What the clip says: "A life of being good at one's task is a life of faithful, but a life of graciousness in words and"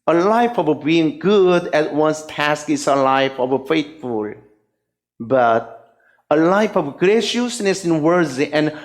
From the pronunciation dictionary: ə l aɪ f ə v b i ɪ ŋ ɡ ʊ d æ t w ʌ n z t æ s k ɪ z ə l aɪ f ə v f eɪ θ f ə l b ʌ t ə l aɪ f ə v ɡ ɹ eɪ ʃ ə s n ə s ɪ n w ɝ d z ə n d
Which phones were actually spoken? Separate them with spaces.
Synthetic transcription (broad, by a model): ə l aɪ f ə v b i ɪ ŋ ɡ ʊ d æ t w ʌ n s t æ s k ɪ s ə l aɪ f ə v f eɪ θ f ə l b ʌ t ə l aɪ f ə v ɡ ɹ eɪ ʃ ə s n ə s ɪ n w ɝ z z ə n